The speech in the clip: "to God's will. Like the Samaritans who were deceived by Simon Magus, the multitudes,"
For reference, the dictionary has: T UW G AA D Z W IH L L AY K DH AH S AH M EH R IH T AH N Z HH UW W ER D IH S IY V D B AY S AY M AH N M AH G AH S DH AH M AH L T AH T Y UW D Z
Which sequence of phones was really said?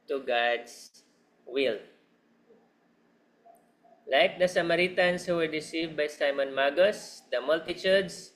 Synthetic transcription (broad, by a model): T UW G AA D S W IH L L AY K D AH S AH M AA R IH T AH N S HH UW W ER D IH S IY V D B AY S AY M AH N M AH G AH S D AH M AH L T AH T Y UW D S